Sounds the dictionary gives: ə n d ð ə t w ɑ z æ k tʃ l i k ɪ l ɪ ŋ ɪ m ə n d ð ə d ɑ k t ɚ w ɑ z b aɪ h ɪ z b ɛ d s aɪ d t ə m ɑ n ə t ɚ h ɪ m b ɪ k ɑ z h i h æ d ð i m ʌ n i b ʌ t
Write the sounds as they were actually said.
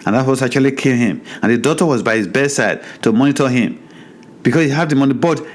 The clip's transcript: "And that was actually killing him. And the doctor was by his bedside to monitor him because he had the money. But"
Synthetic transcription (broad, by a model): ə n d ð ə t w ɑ s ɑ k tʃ l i k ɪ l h ɪ m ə n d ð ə d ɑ t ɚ w ɑ z b aɪ h ɪ z b ɛ d s aɪ d t ə m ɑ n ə t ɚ h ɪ m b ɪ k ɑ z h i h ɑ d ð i m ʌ n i b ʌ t